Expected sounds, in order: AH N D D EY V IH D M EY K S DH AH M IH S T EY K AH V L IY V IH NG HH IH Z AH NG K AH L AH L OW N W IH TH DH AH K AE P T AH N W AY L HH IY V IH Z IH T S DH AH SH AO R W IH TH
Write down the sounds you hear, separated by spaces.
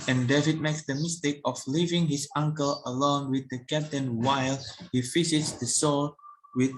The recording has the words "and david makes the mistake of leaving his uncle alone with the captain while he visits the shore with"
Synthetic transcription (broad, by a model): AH N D D EY V IH D M EY K S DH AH M IH S T EY K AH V L IY V IH NG HH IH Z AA NG K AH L AH L OW N W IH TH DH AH K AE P T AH N W AY L HH IY F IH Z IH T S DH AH S AO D W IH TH